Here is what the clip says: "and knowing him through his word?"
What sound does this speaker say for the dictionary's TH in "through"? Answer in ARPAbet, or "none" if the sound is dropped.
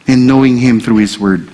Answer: TH